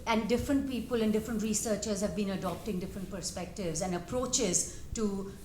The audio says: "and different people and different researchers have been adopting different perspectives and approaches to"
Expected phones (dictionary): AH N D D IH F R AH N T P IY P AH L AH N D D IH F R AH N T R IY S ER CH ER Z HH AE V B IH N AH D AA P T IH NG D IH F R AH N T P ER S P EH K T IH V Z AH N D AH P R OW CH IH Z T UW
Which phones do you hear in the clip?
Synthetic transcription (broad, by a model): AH N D D IH F R AH N T P IY P AH L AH N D D IH F R AH N T R IY S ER CH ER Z HH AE V B IH N AH D AA P T IH NG D IH F R AH N T P ER S P EH K T IH V Z AH N D AH P R OW CH IH Z T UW